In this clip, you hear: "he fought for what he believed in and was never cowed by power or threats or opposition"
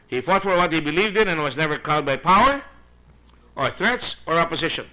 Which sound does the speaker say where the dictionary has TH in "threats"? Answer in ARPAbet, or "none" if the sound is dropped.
TH